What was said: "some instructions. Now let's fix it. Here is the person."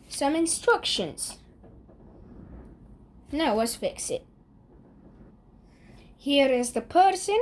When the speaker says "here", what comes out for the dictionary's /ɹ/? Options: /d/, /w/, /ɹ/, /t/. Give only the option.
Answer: /ɹ/